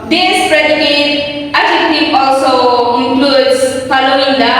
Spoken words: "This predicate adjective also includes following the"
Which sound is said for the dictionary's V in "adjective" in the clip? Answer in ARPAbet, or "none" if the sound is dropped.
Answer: none